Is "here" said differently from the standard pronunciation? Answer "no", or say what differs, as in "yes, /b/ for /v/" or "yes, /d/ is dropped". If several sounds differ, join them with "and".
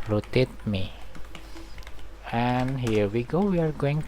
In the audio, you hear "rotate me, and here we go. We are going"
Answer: no